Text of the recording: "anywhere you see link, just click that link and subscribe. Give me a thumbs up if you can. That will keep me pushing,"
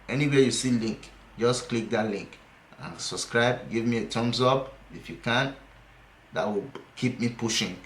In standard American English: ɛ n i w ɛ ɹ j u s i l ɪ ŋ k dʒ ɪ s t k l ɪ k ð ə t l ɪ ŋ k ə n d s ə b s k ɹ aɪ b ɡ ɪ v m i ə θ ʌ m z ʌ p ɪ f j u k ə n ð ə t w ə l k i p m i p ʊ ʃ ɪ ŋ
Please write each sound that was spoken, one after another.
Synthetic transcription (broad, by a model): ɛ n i w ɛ j u s i l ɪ ŋ k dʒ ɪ s k l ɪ k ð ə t l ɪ ŋ k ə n s ə b s k ɹ aɪ b ɡ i v m i ə t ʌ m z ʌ p ɪ f j u k ə n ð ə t w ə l k i p m i p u ʃ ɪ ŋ